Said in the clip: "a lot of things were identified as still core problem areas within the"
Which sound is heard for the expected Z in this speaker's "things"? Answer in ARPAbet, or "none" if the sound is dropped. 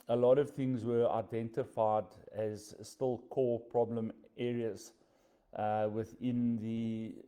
Z